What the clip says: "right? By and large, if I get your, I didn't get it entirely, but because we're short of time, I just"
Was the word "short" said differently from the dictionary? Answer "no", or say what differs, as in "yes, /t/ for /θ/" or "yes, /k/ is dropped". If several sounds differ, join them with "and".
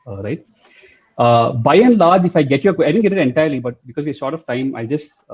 yes, /s/ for /ʃ/